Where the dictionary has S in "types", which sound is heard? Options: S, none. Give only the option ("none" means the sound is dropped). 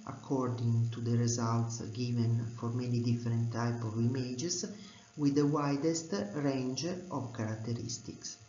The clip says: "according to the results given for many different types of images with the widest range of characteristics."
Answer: none